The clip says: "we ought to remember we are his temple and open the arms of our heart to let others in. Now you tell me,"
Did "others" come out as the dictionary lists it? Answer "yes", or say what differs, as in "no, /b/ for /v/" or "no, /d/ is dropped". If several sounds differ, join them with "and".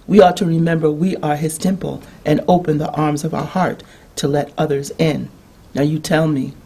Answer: yes